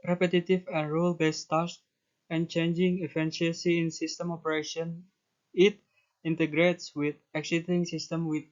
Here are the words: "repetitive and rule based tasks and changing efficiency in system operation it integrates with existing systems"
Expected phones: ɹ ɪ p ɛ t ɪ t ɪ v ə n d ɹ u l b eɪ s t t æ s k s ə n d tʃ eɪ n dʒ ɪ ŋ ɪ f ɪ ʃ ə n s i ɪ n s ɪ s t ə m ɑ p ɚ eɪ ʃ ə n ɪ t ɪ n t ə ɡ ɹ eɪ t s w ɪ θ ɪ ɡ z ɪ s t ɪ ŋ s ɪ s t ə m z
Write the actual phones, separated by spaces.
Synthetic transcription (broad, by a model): ɹ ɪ p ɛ t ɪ t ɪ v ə n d ɹ u l b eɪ s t t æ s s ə n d tʃ eɪ n dʒ ɪ ŋ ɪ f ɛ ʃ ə s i ɪ n s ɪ s t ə m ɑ p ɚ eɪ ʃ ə n ɪ t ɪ n t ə ɡ ɹ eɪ t s w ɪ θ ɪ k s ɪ t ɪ ŋ s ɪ s t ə m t